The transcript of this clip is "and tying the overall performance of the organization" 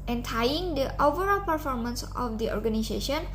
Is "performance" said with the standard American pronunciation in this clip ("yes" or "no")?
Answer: yes